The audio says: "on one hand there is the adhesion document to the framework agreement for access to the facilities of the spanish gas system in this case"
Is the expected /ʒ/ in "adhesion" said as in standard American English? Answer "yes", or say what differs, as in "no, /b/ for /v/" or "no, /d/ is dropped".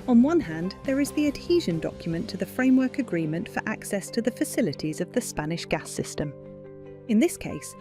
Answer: yes